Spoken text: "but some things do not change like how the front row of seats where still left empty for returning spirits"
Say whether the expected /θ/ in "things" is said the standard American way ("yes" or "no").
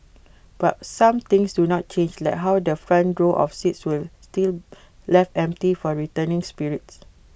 no